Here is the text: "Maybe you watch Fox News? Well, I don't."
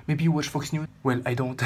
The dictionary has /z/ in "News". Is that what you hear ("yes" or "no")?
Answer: no